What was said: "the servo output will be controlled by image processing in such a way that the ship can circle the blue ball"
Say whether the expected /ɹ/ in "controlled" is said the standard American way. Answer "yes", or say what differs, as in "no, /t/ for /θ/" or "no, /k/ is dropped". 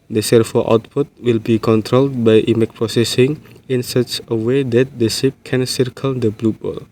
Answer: yes